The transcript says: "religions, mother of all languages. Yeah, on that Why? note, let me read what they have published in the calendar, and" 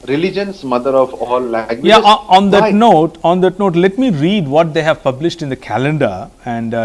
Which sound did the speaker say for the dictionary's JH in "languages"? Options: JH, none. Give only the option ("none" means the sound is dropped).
none